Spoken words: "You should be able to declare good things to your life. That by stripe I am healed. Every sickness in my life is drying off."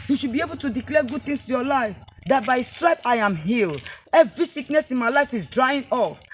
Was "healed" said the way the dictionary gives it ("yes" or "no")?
no